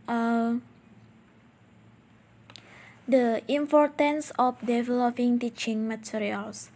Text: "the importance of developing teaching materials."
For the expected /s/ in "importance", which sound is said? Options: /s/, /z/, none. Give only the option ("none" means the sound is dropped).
/s/